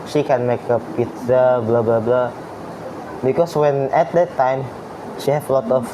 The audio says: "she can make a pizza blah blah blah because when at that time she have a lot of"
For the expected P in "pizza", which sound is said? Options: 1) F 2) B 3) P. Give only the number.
3